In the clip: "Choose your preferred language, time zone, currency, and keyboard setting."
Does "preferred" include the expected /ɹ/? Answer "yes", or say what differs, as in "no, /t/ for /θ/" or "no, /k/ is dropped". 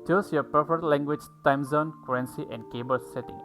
no, /ɹ/ is dropped